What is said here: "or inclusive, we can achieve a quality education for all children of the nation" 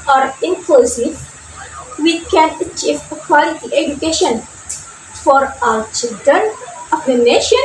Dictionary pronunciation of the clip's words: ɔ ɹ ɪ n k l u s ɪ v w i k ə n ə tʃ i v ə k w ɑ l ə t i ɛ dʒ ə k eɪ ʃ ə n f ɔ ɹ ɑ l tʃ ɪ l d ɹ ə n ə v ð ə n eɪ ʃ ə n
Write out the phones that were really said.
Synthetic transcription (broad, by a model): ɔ ɹ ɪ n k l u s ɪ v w i k ə n ə tʃ i v ə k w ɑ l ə t i ɛ dʒ ə k eɪ ʃ ə n f ɔ ɹ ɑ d tʃ ɪ l d ɹ ə n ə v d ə n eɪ ʃ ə n